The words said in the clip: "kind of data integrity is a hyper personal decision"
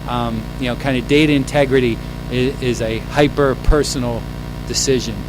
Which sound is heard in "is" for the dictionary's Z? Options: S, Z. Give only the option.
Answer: Z